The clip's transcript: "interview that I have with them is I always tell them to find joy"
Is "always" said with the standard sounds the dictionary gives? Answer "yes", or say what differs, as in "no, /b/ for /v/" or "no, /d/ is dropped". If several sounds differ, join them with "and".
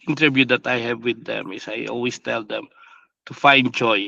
no, /s/ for /z/